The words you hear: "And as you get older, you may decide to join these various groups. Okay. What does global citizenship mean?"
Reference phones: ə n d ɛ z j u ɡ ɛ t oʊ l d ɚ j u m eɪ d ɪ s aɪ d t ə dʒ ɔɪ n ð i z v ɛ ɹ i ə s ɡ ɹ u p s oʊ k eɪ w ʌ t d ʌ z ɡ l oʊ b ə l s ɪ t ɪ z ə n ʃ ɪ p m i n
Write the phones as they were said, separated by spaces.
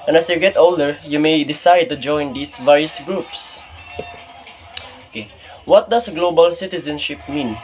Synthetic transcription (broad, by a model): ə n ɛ s j u ɡ ɛ t oʊ l d ɚ j u m eɪ d ɪ s aɪ d t ə dʒ ɔɪ n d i s v ɛ ɹ i ə s ɡ ɹ u p s oʊ k eɪ w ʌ t d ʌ s ɡ l oʊ b ə l s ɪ t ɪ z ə n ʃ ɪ p m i n